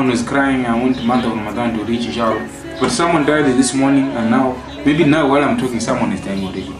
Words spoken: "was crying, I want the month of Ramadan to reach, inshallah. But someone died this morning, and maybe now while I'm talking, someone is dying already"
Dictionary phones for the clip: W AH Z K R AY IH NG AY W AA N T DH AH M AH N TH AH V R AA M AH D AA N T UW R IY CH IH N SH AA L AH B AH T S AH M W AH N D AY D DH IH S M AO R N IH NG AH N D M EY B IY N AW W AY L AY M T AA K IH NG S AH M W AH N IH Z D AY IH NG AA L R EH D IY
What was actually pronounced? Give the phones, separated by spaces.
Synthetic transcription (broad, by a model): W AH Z K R AY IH NG AY W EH N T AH M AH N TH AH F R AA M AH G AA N T UW R IY CH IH SH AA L B AH T S AH M W AH N D AY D DH IH S M AO R N IH NG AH N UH M EY B IY N AW W AY L AY M T AA K IH NG S AH M W AH N IH Z D AY IH NG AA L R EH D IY